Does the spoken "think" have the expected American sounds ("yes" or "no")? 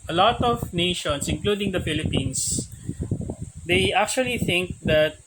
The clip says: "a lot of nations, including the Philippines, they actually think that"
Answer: yes